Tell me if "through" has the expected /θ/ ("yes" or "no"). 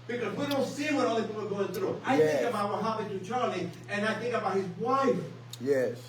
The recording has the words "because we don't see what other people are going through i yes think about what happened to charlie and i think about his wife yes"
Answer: yes